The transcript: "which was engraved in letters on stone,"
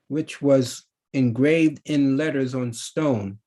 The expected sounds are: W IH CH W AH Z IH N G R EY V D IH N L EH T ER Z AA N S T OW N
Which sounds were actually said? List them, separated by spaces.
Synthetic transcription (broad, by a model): W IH CH W AH Z IH N G R EY V D IH N L EH T ER Z N S T OW N